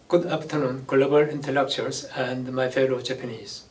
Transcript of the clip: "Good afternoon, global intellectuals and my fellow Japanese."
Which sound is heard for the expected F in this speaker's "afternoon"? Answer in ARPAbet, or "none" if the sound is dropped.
P